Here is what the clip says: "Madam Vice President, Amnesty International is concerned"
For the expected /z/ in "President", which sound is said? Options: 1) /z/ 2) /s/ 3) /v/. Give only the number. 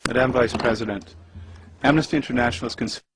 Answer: 1